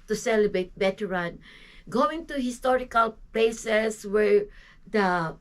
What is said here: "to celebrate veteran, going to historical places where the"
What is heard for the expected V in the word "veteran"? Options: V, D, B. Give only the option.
B